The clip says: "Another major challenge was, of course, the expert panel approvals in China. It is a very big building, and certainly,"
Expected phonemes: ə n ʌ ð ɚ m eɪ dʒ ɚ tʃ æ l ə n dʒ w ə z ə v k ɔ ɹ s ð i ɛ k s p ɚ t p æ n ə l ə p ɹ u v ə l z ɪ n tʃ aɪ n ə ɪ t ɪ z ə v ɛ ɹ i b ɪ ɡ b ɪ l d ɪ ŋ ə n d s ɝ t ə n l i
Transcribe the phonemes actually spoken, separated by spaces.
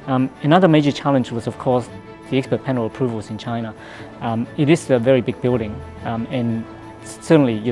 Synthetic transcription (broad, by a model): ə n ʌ ð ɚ m eɪ dʒ ɚ tʃ æ l ə n dʒ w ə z ə v k ɔ ɹ s ð i ɛ k s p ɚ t p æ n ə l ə p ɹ u v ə l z ɪ n tʃ aɪ n ə ɪ t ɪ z ə v ɛ ɹ i b ɪ ɡ b ɪ l d ɪ ŋ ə n s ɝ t n l i